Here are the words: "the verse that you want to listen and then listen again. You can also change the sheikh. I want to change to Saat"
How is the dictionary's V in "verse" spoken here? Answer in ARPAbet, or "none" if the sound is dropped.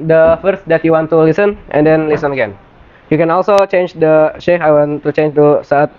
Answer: F